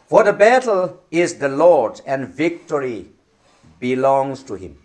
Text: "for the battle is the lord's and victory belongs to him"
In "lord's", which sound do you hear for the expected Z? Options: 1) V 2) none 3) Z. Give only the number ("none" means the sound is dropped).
2